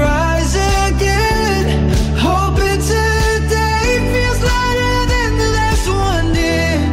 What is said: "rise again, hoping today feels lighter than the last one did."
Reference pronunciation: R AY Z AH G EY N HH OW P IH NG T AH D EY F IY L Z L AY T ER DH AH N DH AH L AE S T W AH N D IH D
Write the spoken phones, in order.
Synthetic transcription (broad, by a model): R AY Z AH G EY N HH OW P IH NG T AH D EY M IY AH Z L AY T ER DH AH N DH AH N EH S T W AH N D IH